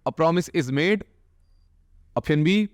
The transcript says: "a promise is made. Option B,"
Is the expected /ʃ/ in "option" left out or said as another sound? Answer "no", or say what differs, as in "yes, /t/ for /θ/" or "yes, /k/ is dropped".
yes, /ʃ/ is dropped